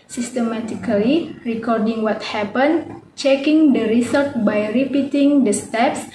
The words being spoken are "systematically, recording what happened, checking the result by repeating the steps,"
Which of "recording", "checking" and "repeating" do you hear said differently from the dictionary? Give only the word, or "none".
none